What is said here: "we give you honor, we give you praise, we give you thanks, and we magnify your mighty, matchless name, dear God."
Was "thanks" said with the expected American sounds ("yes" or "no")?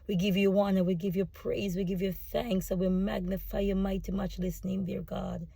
yes